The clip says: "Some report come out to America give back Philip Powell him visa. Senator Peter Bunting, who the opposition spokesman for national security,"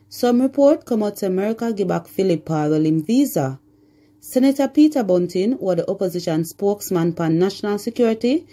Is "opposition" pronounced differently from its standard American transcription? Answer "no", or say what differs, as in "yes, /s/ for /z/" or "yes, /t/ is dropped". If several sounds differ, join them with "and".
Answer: no